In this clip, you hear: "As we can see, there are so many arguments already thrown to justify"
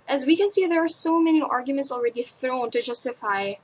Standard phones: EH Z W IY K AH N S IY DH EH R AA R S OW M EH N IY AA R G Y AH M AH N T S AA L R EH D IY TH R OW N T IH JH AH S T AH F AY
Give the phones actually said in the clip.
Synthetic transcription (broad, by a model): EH Z W IY K AH N S IY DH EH R AA R S OW M EH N IY AA R G Y AH M AH N T S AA L R EH D IY TH R OW N T IH JH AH S T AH F AY